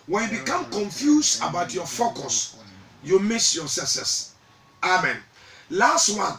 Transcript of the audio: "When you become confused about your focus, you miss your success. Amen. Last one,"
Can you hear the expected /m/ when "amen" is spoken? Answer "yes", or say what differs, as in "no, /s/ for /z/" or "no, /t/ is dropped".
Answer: yes